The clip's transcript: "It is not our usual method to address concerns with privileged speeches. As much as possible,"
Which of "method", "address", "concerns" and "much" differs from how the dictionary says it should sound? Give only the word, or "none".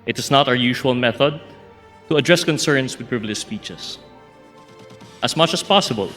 concerns